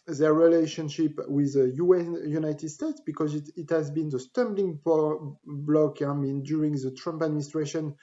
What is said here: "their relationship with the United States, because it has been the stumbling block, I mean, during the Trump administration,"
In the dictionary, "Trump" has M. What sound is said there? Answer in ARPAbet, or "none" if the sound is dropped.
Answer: M